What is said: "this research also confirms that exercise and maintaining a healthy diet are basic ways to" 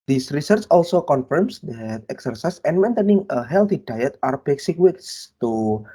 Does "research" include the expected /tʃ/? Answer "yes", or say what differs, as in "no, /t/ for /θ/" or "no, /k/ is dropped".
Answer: yes